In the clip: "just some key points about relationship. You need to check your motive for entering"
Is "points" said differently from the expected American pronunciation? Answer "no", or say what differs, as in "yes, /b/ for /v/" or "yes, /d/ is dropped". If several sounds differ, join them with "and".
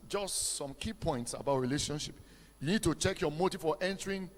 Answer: no